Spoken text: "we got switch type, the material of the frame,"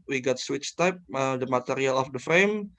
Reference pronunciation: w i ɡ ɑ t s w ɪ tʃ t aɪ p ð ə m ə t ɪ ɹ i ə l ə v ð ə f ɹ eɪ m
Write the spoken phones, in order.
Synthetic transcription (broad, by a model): w i ɡ ɑ t s w ɪ tʃ t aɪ p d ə m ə t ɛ ɹ i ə l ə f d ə f ɹ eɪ m